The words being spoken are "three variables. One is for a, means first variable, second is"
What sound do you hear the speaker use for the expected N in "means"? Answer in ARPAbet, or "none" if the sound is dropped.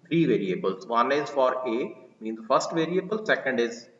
N